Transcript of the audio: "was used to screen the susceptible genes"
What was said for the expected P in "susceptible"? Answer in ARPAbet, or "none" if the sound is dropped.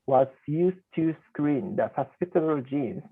none